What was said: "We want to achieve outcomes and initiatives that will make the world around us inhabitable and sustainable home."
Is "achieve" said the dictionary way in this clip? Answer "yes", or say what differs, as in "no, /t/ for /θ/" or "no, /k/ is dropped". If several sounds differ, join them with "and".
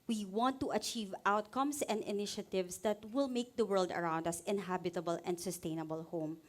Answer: yes